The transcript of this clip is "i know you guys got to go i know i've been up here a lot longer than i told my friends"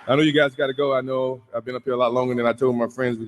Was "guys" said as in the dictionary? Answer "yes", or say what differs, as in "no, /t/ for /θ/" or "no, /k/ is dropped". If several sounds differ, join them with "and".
yes